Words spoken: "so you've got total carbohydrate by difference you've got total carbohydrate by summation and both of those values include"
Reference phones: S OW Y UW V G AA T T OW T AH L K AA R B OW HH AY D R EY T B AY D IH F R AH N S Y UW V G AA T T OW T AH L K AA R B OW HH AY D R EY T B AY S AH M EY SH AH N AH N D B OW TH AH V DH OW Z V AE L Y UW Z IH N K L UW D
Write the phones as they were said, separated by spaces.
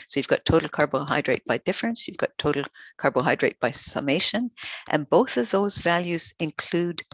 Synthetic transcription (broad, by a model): S OW Y UW V G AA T T OW T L K AA R B OW HH AY D R EY T B AY D IH F R AH N S Y UW V G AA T T OW T L K AA R B OW HH AY D R EY T B AY S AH M EY SH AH N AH N B OW TH AH V DH OW Z V AE L Y UW Z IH N K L UW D